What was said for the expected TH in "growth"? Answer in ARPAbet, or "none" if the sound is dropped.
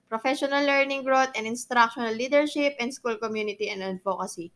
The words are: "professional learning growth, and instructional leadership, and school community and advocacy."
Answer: T